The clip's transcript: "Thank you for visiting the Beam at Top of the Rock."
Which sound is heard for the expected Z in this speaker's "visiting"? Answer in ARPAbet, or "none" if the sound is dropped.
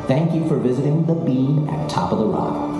Z